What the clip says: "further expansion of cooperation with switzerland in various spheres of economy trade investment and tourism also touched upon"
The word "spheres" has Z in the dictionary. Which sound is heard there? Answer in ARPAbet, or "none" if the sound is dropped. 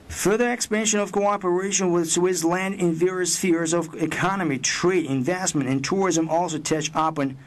Z